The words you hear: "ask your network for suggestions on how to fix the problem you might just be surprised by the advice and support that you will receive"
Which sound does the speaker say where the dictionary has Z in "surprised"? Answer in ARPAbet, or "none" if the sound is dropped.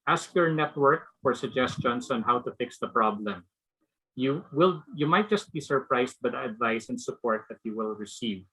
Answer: S